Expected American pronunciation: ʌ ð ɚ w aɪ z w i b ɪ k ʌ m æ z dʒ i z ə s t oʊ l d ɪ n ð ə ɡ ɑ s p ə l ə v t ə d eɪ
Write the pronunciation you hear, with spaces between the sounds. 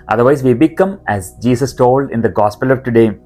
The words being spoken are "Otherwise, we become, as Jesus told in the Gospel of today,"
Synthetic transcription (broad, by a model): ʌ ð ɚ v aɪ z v i b ɪ k ʌ m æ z dʒ i s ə s t oʊ l d ɪ n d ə ɡ ɑ s p ə l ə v t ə d eɪ